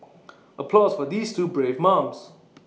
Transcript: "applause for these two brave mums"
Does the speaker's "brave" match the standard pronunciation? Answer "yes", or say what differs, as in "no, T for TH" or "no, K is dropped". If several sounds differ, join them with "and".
yes